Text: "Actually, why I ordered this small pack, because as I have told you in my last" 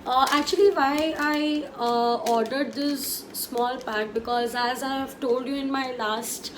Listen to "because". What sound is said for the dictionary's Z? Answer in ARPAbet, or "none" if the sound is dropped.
Z